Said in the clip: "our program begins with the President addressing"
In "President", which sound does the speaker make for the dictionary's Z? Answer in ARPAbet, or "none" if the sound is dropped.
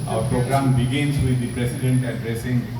S